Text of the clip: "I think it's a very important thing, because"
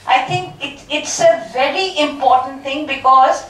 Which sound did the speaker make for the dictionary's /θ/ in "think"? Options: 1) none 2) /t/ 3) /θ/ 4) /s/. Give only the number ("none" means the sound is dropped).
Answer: 2